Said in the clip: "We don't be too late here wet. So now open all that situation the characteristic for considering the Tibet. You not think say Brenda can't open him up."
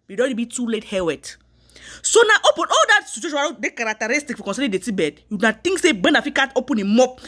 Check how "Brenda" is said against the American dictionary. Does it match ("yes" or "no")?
no